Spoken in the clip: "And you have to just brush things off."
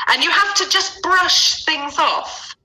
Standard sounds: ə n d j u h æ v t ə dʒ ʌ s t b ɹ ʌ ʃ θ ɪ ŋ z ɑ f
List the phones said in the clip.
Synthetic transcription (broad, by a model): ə n j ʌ h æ f t ə dʒ ʌ s b ɹ ʌ ʃ θ ɪ ŋ z ɑ f